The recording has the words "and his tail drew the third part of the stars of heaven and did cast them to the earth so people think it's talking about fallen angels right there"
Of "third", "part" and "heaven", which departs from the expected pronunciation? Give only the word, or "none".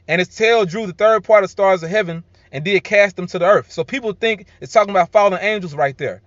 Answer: none